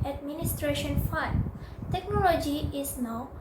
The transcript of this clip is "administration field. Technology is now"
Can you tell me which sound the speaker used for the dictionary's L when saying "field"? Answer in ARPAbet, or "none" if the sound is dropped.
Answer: N